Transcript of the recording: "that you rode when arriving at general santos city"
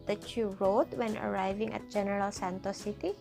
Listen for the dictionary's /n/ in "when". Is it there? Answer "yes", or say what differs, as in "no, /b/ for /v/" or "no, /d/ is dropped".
yes